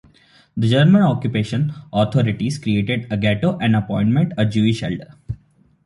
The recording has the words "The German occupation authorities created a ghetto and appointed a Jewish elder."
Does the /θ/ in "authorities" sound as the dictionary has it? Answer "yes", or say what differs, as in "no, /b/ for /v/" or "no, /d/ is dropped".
no, /t/ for /θ/